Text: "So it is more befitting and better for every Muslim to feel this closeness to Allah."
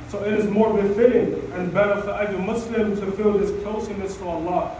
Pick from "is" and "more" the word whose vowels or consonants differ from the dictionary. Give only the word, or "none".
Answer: none